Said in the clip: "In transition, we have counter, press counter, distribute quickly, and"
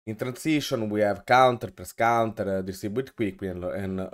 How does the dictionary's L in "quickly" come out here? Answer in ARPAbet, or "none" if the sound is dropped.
W